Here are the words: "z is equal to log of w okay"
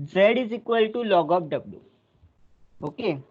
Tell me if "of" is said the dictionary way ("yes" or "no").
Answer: no